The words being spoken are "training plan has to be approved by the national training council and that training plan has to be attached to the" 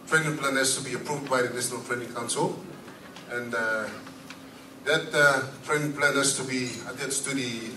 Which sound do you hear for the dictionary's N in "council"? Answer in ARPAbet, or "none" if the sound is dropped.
N